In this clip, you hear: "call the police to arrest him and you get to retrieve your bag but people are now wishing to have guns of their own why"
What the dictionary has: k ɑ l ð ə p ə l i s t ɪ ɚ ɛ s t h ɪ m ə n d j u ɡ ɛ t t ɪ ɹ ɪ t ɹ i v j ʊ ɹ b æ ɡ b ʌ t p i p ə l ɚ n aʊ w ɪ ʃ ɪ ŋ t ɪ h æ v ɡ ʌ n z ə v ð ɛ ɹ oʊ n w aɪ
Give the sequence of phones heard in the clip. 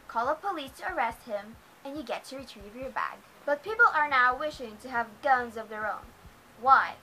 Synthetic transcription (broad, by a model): k ɑ l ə p ə l i s t ɪ ɚ ɛ s t h ɪ m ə n j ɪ ɡ ɛ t t ɪ ɹ ɪ t ɹ i v j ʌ ɹ b æ ɡ b ʌ t p i p l ɚ n aʊ w ɪ ʃ ɪ ŋ t ɪ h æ v ɡ ʌ n z ə v ð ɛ ɹ oʊ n w aɪ